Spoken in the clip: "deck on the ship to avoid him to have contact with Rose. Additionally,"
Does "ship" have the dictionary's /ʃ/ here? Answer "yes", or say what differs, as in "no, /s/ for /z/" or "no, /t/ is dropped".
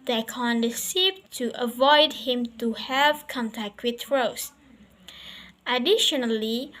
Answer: no, /s/ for /ʃ/